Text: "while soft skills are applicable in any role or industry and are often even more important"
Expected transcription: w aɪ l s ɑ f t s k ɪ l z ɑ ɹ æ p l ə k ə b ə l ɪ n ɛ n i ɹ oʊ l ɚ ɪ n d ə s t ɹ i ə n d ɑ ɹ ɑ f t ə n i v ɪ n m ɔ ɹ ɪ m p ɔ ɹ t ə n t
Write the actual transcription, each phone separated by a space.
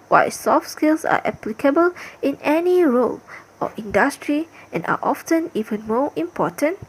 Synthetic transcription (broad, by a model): w aɪ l s ɑ f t s k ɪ l s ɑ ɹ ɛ p l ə k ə b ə l ɪ n ɛ n i ɹ oʊ l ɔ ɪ n d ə s t ɹ i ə n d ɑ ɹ ɑ f t ə n i v ɪ n m ɔ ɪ m p ɔ t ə n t